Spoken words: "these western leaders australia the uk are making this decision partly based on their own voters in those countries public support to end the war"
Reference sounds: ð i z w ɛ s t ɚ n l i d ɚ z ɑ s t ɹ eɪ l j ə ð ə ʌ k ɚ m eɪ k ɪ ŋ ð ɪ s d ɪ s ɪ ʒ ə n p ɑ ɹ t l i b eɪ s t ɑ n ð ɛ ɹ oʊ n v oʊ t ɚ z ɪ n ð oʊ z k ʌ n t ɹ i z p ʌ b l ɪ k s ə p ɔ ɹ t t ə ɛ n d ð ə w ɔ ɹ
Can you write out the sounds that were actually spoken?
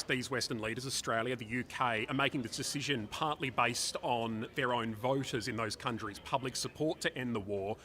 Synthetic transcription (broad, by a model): ð i z w ɛ s t ɚ n l i d ɚ z ɑ s t ɹ eɪ l j ə ð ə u k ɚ m eɪ k ɪ ŋ ð ɪ s d ɪ s ɪ ʒ ə n p ɑ ɹ t l i b eɪ s t n ð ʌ ɹ oʊ n v oʊ t ɚ z ɪ n ð oʊ z k ʌ n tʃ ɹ i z p ʌ b l ɪ k s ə p ɔ ɹ t t ɛ n ð ə w ɔ ɹ